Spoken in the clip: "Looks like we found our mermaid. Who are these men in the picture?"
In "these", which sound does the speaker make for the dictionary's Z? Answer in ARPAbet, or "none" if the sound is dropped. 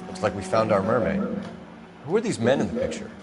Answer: Z